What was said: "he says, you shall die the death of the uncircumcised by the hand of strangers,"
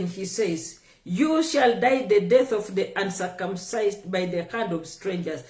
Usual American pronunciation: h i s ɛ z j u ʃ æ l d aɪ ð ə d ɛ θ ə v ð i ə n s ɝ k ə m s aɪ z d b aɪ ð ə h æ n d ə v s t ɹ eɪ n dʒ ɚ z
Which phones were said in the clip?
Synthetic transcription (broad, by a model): h i s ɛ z j u ʃ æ l d aɪ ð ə d ɛ θ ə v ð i ə n s ɝ k ə m s aɪ z d b aɪ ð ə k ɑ n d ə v s t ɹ eɪ n dʒ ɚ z